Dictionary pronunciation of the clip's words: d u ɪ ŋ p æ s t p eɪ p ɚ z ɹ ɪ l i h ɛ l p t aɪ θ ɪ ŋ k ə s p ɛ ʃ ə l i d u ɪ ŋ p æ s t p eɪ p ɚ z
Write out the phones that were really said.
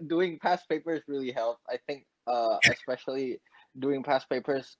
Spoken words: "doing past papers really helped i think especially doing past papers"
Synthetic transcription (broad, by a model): d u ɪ ŋ p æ s p eɪ p ɚ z ɹ ɪ l i h ɛ l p aɪ θ ɪ ŋ k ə s p ɛ ʃ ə l i d u ɪ ŋ p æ s p eɪ p ɚ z